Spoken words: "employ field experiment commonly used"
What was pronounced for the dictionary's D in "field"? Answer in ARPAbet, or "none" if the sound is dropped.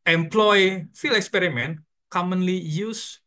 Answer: none